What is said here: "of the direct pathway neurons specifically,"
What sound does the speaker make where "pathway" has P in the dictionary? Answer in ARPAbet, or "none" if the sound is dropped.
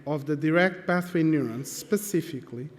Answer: B